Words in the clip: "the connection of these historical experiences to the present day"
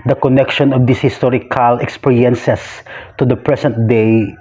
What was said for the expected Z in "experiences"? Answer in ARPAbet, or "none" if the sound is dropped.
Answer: S